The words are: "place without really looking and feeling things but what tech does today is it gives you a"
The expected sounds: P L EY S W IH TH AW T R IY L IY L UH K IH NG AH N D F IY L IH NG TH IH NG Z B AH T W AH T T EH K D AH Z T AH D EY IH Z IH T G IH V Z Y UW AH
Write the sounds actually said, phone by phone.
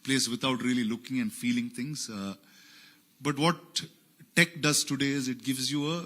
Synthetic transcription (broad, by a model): P L EY S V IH T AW T R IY L IY L UH K IH NG AH N D F IY L IH NG T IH NG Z B AH T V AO T T EH K D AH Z T AH D EY IH Z IH T G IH V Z Y UW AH